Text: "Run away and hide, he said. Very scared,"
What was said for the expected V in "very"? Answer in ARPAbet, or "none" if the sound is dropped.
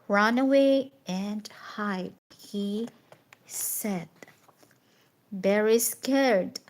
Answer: B